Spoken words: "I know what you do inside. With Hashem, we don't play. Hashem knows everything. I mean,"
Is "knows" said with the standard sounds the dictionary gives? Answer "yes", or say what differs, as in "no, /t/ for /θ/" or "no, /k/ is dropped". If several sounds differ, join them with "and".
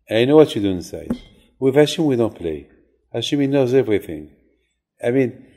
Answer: yes